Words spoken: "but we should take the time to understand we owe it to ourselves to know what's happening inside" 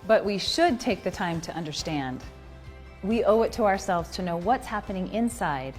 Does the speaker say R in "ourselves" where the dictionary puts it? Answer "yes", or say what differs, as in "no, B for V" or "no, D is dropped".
yes